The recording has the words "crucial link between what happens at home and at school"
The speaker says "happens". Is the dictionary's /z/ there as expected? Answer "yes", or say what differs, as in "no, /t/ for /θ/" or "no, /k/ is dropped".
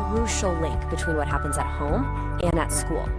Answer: yes